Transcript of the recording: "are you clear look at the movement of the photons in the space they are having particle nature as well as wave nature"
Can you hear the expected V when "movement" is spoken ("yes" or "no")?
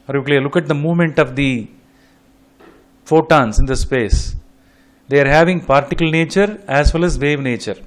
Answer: yes